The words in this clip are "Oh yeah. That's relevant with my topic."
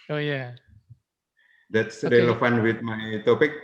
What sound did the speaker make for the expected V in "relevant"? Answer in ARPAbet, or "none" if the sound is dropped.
F